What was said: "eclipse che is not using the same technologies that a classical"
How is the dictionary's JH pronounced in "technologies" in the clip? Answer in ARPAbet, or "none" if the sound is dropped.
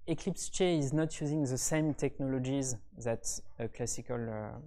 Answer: JH